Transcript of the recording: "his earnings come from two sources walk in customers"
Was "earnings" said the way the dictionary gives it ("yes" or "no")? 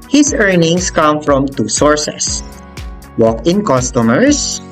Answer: no